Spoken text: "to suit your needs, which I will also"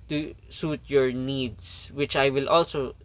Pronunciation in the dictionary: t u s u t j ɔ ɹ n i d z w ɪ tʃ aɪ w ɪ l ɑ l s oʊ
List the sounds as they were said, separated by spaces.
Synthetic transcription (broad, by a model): t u s u t j ɔ ɹ n i d s w ɪ tʃ aɪ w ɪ l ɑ l s oʊ